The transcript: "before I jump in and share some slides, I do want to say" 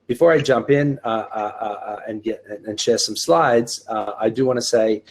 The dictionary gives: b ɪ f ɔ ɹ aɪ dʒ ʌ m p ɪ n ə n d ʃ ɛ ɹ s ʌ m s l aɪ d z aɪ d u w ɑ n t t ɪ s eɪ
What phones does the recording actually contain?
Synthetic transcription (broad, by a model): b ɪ f ɔ ɹ aɪ dʒ ʌ m p ɪ n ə n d ʃ ɛ ɹ s ʌ m s l aɪ d z aɪ d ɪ w ɑ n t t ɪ s eɪ